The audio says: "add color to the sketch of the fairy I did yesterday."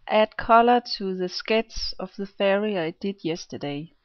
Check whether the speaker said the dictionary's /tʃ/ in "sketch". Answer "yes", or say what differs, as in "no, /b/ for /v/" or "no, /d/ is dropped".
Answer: no, /s/ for /tʃ/